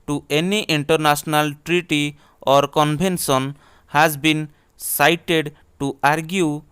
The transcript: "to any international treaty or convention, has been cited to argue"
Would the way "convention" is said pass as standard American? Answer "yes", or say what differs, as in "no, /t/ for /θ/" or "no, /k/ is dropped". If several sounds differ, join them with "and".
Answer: no, /b/ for /v/ and /s/ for /ʃ/